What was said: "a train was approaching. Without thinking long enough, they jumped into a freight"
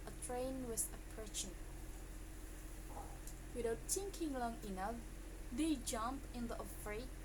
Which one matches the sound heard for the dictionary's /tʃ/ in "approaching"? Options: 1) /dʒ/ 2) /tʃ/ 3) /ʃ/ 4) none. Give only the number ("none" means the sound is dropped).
3